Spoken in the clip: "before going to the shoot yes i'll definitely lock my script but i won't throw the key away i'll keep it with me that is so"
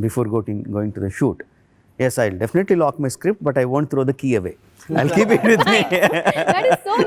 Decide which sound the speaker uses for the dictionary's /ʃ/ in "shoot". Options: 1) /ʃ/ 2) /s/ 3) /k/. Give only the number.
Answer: 1